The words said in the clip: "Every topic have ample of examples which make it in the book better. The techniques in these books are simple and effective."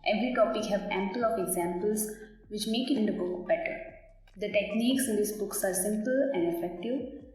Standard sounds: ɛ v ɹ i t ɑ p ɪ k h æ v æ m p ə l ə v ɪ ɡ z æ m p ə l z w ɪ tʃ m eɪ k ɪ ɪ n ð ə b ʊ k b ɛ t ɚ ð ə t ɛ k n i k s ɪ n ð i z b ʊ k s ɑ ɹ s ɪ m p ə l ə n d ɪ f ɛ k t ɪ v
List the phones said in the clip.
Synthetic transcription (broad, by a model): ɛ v ɹ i t ɑ p ɪ k h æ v æ m p ə l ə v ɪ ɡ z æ m p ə l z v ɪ tʃ m eɪ k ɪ ɪ n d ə b ʊ k b ɛ t ɚ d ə t ɛ k n i k s ɪ n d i s b ʊ k s ɑ ɹ s ɪ m p ə l ə n d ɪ f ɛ k t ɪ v